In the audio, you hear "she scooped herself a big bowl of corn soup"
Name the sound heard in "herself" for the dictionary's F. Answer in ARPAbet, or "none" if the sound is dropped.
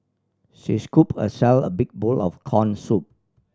none